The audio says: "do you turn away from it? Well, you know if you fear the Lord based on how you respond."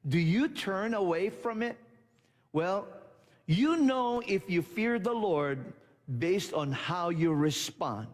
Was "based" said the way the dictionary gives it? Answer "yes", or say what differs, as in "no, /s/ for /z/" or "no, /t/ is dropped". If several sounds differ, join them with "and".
yes